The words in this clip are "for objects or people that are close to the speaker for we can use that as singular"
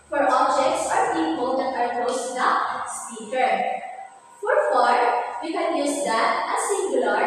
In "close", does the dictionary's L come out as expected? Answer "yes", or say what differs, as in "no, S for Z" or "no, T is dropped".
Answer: no, L is dropped